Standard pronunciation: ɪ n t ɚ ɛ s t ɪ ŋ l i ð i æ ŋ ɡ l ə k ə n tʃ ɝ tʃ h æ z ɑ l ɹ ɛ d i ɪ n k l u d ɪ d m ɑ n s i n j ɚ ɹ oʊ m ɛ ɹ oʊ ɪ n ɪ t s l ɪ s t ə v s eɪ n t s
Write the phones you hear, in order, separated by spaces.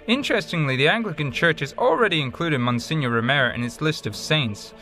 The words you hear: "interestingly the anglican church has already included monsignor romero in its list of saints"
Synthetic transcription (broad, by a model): ɪ n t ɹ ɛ s t ɪ ŋ l i ð i æ ŋ ɡ l ə k ə n tʃ ɝ tʃ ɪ z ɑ l ɹ ɛ d i ɪ n k l u d ɪ d m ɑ n s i n j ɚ ɹ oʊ m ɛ ɹ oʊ ɪ n ɪ t s l ɪ s t ə v s eɪ n t s